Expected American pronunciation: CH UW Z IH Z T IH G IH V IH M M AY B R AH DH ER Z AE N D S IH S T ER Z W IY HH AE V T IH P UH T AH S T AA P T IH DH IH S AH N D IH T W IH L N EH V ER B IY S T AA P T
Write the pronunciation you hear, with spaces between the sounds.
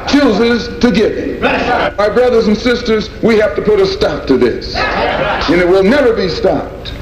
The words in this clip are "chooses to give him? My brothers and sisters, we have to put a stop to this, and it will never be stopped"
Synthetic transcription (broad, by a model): CH UW Z IH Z T IH G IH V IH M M AY B R AH DH ER Z N S IH S T ER Z W IY HH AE F T IH P UH T AH S T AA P T IH DH IH S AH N IH T W IH L N EH V ER B IY S T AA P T